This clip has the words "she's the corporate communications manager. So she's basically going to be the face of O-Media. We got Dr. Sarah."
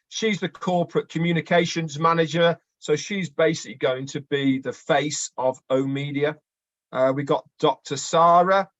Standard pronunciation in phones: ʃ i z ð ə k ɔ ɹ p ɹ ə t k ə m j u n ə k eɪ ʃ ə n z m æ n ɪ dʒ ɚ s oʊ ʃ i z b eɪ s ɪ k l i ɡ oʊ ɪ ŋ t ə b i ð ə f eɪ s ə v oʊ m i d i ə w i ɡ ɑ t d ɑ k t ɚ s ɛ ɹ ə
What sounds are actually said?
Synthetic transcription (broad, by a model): ʃ i z ð ə k ɔ p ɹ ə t k ə m j u n ə k eɪ ʃ ə n z m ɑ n ɪ dʒ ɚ s oʊ ʃ i z b eɪ s ɪ k l i ɡ oʊ ɪ ŋ t ə b i ð ə f eɪ s ə v oʊ m i d i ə w i ɡ ɑ t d ɑ k t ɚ s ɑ ɹ ə